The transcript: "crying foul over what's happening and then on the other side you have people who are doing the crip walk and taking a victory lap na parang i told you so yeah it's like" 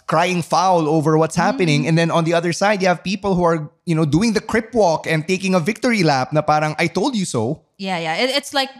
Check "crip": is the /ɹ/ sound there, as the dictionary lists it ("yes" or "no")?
yes